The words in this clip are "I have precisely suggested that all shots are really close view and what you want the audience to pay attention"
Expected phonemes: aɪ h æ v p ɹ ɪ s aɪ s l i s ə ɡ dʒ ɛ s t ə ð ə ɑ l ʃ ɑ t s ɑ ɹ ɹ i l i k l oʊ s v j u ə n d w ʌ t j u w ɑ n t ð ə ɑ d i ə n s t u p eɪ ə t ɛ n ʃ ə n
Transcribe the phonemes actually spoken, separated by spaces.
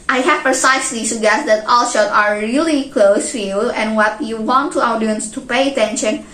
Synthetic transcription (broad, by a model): aɪ h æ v p ɹ ɪ s aɪ s l i s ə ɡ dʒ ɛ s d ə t ɑ l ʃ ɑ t ɑ ɹ ɹ i l i k l oʊ s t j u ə n w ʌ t j u w ɑ n t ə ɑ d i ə n s t u p eɪ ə t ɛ n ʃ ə n